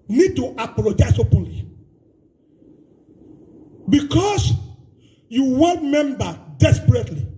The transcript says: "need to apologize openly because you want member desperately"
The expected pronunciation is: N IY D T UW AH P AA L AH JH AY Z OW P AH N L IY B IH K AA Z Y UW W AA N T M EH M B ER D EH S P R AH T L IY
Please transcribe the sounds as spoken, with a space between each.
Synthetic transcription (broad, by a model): N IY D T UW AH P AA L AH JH AY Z OW P AH N L IY B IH K AA S Y UW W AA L M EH M B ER D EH S P R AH T L IY